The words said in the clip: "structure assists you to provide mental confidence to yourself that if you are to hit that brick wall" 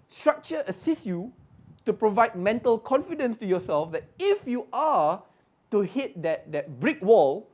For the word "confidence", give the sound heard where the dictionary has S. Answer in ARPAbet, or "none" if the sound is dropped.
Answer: S